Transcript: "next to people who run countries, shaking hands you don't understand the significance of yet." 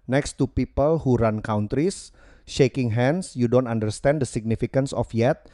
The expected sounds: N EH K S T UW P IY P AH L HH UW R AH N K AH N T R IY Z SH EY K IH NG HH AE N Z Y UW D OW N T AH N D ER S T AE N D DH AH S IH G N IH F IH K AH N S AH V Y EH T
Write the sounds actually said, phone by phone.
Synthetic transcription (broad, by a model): N EH K S T UW P IY P AH L HH UW R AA N K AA N T R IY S SH EY K IH NG HH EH N S Y UW D OW N T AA N D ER S T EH N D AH S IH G N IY F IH K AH N S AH F Y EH T